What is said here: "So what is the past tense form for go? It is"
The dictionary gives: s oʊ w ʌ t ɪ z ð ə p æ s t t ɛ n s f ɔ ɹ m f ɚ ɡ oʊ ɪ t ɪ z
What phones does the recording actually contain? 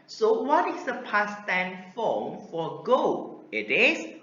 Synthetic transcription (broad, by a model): s oʊ w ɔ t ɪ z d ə p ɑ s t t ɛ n f ɔ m f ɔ ɡ oʊ ɪ t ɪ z